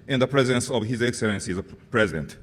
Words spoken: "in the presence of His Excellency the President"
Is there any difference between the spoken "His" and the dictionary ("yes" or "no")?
no